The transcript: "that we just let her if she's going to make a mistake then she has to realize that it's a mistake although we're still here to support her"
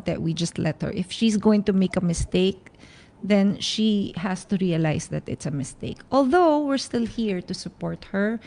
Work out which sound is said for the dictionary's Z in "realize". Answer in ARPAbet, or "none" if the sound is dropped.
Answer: S